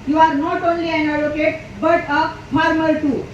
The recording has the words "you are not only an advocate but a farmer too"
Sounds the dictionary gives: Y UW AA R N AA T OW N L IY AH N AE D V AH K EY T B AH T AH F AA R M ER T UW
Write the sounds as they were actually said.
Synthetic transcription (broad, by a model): Y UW AA R N AA T OW N L IY AH N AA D AH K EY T B AH T AH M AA R M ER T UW